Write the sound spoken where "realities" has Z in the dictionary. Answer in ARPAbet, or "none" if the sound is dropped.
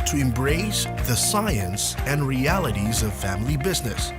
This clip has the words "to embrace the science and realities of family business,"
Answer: Z